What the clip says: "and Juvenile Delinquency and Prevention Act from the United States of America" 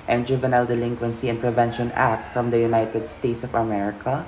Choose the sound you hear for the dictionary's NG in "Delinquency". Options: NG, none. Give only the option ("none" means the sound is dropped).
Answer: NG